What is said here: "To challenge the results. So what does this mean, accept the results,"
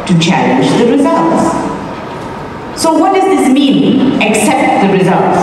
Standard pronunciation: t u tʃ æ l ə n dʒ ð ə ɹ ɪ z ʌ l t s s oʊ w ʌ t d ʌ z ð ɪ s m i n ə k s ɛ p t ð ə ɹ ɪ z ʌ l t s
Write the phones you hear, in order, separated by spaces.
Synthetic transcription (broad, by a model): t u tʃ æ ə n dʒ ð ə ɹ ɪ z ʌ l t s s oʊ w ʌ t d ʌ z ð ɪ s m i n ə k s ɛ p t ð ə ɹ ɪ z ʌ l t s